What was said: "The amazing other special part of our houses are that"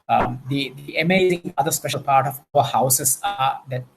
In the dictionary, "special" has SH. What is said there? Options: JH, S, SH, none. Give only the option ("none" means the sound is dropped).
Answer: SH